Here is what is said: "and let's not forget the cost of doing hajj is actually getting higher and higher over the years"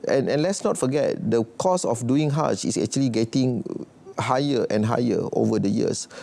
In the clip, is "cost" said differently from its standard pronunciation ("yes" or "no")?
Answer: yes